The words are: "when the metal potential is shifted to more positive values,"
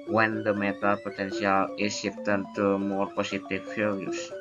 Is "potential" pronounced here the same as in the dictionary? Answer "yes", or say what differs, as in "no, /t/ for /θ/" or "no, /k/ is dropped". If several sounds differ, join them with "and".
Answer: no, /s/ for /ʃ/